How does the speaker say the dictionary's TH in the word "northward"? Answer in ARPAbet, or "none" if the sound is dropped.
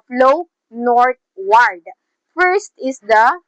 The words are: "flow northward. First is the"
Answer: T